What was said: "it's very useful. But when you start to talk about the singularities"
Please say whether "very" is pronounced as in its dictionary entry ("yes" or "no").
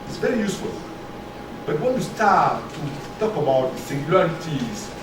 yes